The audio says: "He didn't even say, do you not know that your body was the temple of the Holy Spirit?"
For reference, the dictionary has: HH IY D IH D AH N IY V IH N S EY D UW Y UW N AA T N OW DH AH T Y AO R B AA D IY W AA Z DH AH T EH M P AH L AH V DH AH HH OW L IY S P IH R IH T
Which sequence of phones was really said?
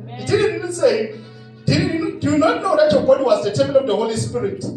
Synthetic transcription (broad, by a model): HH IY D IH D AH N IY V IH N S EY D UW Y UW N AA T N OW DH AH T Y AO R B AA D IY W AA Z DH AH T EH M AH N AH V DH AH HH OW L IY S P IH R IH T